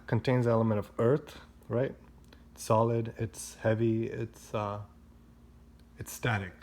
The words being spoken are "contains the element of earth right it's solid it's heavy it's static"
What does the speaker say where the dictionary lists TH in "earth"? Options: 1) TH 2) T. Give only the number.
1